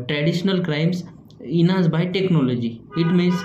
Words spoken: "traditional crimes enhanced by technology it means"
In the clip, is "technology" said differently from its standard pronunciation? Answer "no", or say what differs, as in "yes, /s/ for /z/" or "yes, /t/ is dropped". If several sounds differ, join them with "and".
no